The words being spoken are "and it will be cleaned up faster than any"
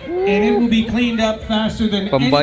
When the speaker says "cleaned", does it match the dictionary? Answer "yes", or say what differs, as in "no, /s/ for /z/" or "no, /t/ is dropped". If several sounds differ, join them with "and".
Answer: yes